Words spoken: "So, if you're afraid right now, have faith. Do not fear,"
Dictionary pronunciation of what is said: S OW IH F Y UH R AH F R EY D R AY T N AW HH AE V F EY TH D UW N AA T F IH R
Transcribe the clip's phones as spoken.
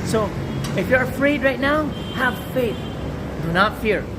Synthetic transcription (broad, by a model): S OW IH F Y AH R F R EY D R AY T N AW HH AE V F EY TH D UW N AA T F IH R